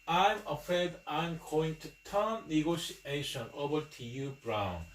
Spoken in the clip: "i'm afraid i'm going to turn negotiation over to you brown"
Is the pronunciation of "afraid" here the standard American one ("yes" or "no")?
no